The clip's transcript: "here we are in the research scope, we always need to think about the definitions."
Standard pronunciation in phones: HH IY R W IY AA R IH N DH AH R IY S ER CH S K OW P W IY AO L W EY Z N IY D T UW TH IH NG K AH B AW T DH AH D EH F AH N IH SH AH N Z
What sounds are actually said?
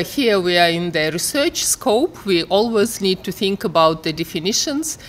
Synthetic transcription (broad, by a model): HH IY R W IY AA R IH N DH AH R IY S ER CH S K OW P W IY AO L W EY Z N IY D T UW TH IH NG K AH B AW T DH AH D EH F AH N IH SH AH N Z